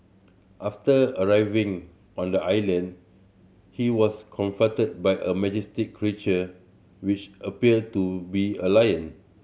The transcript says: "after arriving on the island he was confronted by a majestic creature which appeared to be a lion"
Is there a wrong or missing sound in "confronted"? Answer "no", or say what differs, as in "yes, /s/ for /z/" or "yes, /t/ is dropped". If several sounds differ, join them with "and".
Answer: yes, /ɹ/ is dropped and /n/ is dropped